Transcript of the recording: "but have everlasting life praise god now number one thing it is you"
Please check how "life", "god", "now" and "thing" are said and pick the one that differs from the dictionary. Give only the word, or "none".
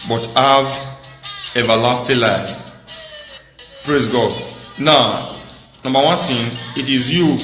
thing